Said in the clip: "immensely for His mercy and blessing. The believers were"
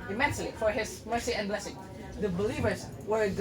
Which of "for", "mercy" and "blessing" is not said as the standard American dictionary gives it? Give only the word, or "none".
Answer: none